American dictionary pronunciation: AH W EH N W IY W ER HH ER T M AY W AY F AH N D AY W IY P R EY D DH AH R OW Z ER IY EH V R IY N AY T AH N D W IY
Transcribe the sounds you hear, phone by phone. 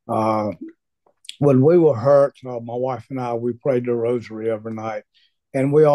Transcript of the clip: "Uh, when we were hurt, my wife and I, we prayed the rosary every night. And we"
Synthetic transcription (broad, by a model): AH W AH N W IY W ER HH ER T M AY W AY F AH N AY W IY P R EY D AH R OW Z ER IY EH V IY N AY T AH N W IY